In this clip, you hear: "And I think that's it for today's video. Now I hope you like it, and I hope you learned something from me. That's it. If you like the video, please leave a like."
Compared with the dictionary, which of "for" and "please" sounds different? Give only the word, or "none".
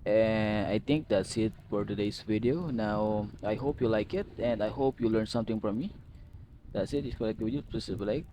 please